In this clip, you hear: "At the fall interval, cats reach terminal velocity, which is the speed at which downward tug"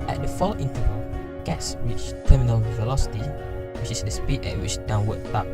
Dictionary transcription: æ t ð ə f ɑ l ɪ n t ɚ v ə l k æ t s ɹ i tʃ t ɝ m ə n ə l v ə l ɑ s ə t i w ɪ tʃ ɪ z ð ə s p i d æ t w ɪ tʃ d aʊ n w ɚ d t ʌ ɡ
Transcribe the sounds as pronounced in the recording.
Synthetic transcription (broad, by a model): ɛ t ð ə f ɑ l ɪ n t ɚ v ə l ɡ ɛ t s w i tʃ t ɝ m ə n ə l v ə l ɑ s ə t i w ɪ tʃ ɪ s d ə s p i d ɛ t w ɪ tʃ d aʊ n w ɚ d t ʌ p